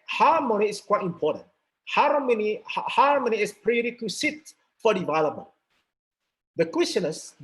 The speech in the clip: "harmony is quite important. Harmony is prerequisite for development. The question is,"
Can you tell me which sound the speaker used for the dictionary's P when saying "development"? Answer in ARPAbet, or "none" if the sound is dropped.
none